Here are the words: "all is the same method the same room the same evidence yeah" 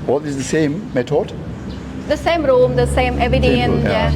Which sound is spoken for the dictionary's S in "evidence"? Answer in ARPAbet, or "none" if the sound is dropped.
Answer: none